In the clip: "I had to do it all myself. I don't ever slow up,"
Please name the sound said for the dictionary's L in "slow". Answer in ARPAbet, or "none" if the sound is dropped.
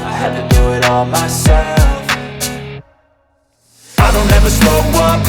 none